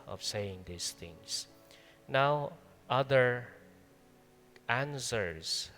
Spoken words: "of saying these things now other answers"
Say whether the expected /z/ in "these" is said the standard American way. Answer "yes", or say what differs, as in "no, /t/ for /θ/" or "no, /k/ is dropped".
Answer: no, /s/ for /z/